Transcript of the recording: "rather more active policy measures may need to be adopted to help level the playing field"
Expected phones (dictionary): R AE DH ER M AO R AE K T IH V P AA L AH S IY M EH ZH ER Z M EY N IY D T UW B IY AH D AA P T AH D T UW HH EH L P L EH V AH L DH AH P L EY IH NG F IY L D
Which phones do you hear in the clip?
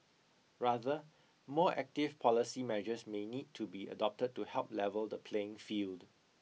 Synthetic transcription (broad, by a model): R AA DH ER M AO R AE K T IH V P AA L AH S IY M EH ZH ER S M EY N IY D T UW B IY AH D AA P T AH D T UW HH EH L P L EH V AH L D AH P L EY IH NG F IY L D